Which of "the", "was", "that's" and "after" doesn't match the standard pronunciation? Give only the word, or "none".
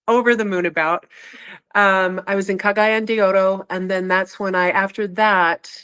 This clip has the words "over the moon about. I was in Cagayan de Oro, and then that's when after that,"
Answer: none